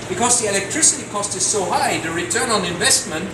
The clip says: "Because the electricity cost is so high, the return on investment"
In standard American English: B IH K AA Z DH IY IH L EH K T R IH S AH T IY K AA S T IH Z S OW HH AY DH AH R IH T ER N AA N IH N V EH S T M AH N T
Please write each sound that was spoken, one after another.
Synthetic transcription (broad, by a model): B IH K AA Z DH IY IH L EH K T R IH S AH T IY K AA S T IH Z S OW HH AY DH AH R IH T ER N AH N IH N V EH S T M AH N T